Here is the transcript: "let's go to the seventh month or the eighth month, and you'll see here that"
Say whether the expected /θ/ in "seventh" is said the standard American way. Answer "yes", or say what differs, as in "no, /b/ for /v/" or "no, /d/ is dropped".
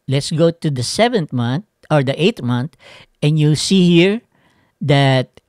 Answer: no, /t/ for /θ/